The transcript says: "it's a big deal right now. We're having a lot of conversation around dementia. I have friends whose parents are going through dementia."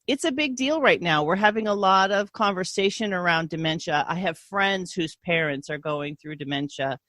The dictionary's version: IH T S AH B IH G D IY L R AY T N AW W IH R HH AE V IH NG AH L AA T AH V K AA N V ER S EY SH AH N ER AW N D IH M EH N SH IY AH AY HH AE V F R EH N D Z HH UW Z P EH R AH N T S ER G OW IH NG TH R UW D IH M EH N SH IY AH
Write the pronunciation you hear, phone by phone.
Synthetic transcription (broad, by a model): IH T S AH B IH G D IY L R AY T N AW W IH R HH AE V IH NG AH L AA T AH V K AA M V ER S EY SH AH N ER AW N D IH M EH N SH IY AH AY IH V F R EH N D Z HH UW Z P EH R AH N T S ER G OW IH NG TH R UW D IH M EH N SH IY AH